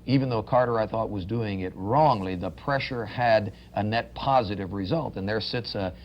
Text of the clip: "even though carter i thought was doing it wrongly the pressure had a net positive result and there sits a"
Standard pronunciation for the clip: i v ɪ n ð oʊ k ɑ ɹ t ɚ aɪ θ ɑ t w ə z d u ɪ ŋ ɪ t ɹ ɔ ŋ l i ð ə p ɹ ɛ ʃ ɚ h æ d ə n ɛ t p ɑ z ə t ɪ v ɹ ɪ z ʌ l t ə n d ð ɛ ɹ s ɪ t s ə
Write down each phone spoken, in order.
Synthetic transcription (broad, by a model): i v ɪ n ð oʊ k ɑ ɹ t ɚ aɪ θ ɑ t w ə z d u ɪ ŋ ɪ t ɹ ɔ ŋ l i ð ə p ɹ ɛ ʃ ɚ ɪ d ə n ɛ t p ɑ z ə t ɪ v ɹ ɪ z ʌ l t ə n ð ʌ ɹ s ɪ t s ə